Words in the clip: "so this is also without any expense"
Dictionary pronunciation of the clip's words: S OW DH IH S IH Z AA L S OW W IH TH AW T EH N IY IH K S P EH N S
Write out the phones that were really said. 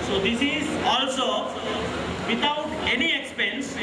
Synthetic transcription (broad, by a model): S OW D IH S IH Z AA L S OW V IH T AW T EH N IY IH K S P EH N S